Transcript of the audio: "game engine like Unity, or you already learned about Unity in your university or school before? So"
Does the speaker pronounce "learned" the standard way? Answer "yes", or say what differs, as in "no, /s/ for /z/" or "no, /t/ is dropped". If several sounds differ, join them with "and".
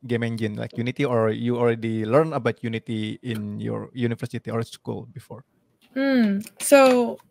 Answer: no, /d/ is dropped